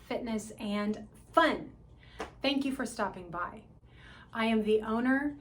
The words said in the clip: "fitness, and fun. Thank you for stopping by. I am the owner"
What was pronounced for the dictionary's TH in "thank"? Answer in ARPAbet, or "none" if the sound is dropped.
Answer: TH